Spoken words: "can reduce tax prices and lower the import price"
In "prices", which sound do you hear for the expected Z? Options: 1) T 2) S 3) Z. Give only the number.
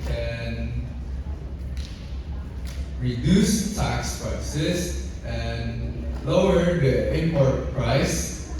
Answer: 2